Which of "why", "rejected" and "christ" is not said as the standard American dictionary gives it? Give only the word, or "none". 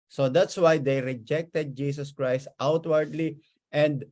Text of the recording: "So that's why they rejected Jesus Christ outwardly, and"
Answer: none